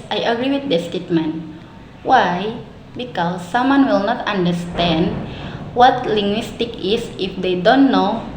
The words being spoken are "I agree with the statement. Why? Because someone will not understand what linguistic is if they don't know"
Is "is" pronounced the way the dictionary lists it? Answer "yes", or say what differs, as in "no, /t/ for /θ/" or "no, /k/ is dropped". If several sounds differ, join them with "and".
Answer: no, /s/ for /z/